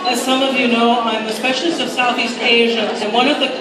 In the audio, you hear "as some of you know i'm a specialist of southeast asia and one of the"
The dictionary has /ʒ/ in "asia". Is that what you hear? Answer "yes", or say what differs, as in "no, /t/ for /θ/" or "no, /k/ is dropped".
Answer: yes